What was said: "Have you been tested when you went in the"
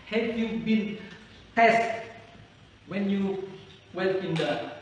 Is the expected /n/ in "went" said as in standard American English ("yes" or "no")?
no